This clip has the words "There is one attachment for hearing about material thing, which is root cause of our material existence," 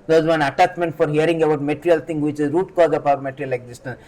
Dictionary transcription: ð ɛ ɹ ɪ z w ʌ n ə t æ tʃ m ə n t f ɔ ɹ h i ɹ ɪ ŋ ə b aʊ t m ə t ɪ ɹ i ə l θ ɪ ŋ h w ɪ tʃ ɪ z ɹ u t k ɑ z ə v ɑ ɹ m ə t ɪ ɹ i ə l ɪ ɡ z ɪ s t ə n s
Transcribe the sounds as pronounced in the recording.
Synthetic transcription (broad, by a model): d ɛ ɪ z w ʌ n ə t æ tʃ m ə n t f ɔ ɹ h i ɹ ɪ ŋ ə b aʊ t m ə t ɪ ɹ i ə l t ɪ ŋ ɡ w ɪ tʃ ɪ z ɹ u t k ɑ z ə p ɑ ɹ m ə t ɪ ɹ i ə l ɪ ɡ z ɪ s t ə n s